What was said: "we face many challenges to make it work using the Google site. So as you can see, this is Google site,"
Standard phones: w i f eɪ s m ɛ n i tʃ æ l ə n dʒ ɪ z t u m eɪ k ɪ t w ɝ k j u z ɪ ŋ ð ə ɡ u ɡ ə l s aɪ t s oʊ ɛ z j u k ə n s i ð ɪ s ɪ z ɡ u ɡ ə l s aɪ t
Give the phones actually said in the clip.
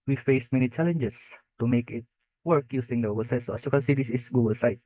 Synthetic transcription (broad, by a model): w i f eɪ s m ɛ n i tʃ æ l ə n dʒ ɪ s t u m eɪ k ɪ t w ɝ k j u s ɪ ŋ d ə ɡ u ɡ ə l s aɪ t s oʊ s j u k ə n s i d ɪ s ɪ s ɡ u ɡ ə l s aɪ t